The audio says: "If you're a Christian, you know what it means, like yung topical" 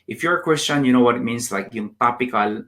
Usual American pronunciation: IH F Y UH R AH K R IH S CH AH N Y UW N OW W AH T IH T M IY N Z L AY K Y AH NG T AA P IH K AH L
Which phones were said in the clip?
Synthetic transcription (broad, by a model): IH F Y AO R AH K W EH S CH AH N Y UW N OW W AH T IH T M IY N S L AY K Y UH NG T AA P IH K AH L